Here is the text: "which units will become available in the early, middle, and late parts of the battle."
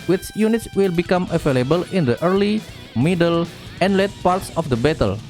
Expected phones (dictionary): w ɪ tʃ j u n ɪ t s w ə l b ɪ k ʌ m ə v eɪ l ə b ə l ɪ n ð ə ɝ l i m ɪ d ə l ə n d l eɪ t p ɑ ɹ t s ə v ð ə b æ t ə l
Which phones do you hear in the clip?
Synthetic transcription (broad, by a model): w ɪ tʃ j u n ɪ t s w ə l b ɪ k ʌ m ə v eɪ l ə b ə l ɪ n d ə ɝ l i m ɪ d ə l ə n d l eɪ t p ɑ ɹ t s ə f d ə b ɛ t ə l